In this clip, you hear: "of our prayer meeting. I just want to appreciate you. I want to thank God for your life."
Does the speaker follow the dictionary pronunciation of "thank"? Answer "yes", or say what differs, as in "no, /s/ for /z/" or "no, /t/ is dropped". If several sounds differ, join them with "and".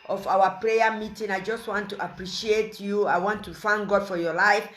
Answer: no, /f/ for /θ/